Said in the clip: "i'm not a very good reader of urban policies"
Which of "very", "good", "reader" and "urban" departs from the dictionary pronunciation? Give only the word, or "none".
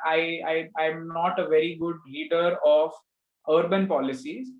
reader